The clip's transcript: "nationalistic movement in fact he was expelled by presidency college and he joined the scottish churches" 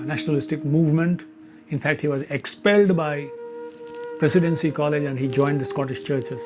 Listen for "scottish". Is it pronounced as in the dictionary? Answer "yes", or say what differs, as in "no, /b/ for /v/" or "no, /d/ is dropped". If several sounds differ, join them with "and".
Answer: yes